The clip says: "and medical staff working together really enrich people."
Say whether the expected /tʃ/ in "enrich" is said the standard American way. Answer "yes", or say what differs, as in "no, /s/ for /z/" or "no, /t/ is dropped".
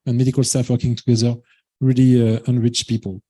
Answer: yes